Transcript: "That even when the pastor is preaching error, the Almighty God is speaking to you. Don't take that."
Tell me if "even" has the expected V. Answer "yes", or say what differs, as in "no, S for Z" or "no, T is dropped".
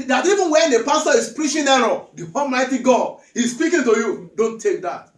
yes